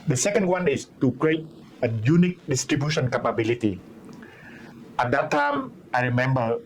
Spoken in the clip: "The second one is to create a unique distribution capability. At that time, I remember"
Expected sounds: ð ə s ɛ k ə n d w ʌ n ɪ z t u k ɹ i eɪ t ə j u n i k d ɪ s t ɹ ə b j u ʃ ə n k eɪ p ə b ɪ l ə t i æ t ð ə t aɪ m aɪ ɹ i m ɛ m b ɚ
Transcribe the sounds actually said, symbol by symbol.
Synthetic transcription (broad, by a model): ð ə s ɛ k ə n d w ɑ n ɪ s t u k ɹ i eɪ t ə j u n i k d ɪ s t ɹ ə b j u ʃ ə n k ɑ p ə b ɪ l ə t i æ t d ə t aɪ m aɪ ɹ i m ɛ m b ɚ